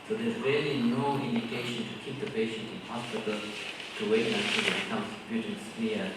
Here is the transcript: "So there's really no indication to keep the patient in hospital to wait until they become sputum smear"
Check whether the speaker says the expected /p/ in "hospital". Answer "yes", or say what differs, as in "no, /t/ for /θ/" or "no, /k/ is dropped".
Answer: no, /p/ is dropped